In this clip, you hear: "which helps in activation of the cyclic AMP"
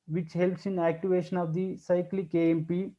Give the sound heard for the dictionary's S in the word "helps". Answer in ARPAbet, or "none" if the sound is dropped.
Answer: S